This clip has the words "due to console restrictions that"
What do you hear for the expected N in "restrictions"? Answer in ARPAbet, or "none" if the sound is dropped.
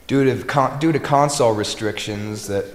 N